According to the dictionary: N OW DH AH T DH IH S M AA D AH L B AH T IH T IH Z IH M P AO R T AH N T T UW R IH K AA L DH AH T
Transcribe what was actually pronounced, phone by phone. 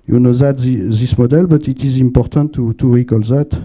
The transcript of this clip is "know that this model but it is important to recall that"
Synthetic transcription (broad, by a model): N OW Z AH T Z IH S M AA D AH L B AH T IH T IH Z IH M P AO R T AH T T UW R IH K AA L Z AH T